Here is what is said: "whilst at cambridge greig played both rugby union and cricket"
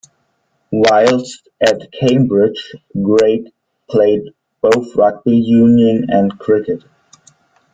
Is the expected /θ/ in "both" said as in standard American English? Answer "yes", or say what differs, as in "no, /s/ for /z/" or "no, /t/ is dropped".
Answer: yes